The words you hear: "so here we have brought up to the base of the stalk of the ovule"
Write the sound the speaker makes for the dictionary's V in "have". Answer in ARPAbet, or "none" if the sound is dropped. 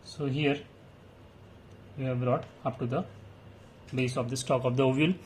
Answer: V